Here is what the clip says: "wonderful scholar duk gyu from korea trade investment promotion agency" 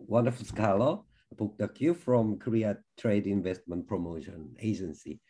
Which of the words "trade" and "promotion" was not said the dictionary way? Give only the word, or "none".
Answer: none